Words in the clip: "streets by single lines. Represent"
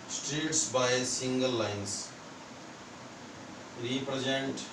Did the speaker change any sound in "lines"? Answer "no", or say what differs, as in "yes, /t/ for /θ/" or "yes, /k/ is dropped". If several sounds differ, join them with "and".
yes, /s/ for /z/